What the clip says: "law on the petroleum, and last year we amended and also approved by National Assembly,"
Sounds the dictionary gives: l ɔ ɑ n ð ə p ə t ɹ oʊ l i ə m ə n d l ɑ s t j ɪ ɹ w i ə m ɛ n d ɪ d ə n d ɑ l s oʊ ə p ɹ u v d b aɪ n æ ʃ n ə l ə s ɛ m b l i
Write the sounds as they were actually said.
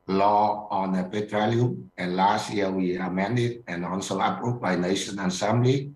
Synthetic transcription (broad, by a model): l ɔ ɑ n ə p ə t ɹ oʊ l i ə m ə n l ɑ s t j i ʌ w i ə m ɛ n d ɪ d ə n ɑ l s oʊ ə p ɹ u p b aɪ n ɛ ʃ ə n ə s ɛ m b l i